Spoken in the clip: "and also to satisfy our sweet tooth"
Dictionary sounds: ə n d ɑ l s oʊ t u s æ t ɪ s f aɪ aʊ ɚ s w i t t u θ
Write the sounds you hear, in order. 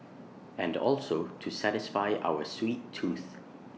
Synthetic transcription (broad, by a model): ə n d ɑ l s oʊ t u s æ t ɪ s f aɪ aʊ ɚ s w i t t u θ